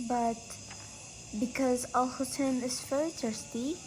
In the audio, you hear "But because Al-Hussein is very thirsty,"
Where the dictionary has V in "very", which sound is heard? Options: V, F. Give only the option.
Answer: F